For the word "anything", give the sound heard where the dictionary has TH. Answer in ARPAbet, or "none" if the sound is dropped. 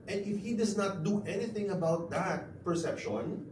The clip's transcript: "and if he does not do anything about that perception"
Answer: TH